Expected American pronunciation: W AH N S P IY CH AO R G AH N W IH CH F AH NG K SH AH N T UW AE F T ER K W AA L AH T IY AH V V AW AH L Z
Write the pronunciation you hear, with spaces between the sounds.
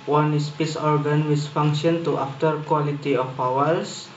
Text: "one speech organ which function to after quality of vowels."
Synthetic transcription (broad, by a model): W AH N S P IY S AO R G AH N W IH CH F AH NG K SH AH N T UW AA F T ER K W AA L AH T IY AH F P AW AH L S